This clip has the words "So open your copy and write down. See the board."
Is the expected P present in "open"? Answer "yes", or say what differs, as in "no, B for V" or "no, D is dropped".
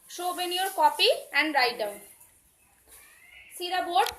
no, B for P